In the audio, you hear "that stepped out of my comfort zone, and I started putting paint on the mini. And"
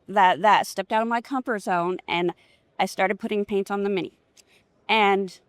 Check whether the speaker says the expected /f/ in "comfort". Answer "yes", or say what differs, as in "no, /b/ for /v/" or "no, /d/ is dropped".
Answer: no, /p/ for /f/